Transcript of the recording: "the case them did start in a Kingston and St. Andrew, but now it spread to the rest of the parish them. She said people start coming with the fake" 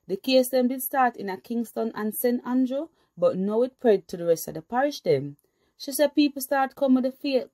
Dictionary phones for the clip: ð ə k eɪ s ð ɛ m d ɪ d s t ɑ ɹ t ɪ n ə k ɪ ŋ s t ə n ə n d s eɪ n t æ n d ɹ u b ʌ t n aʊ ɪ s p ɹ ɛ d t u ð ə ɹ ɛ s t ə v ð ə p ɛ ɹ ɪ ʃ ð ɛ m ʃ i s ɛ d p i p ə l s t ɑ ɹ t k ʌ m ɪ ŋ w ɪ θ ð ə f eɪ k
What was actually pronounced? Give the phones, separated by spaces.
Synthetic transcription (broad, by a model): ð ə k eɪ s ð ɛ m d ɪ d s t ɑ ɹ t ɪ n ə k ɪ ŋ s t ə n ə n s eɪ n t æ n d ɹ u b ʌ t n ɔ ɪ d p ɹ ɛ d t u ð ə ɹ ɛ s t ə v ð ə p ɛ ɹ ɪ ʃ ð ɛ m ʃ i s ɛ d p i p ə l s t ɑ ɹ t k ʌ m w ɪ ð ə f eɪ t